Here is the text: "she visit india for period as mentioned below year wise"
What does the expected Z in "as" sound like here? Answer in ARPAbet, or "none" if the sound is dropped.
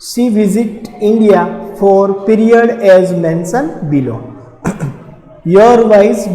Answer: Z